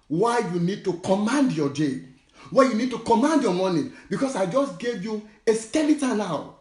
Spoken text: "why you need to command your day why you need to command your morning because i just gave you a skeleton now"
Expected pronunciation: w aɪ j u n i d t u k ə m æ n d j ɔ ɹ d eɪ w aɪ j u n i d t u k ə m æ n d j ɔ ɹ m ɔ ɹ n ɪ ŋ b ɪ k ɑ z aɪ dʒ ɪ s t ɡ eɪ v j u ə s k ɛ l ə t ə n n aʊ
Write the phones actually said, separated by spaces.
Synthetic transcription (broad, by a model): w aɪ j u n i d t u k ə m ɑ n d j ɔ d eɪ w aɪ j u n i d t u k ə m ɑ n d j ɔ m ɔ n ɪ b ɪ k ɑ s aɪ dʒ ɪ s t ɡ eɪ v j u ə s k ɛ l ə t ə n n aʊ